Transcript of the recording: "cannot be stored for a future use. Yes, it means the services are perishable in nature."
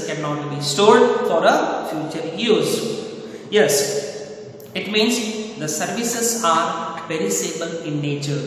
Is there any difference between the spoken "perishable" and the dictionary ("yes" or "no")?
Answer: yes